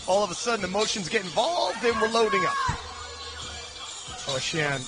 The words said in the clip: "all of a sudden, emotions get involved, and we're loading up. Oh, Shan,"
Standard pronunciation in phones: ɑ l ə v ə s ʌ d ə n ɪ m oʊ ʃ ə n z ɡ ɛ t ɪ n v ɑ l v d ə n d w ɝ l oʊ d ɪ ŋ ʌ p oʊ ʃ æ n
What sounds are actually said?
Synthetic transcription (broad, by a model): ɑ l ə v ə s ʌ d n ɪ m oʊ ʃ ə n z ɡ ɛ t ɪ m v ɑ l v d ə n w ɝ l oʊ d ɪ ŋ ʌ p oʊ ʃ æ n